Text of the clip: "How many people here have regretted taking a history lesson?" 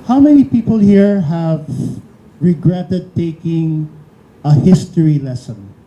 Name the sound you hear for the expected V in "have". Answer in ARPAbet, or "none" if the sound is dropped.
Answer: V